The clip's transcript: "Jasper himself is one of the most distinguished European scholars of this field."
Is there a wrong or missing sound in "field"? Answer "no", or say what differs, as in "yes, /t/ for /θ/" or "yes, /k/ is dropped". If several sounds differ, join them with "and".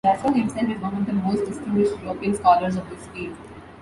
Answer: yes, /d/ is dropped